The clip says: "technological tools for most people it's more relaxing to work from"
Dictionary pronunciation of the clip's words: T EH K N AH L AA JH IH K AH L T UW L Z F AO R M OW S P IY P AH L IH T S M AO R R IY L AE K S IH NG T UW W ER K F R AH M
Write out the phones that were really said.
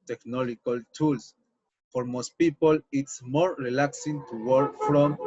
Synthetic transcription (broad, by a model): T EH K N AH L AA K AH L T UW L S F AO R M OW S P IY P AH L IH T S M AO R R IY L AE K S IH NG T UW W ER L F R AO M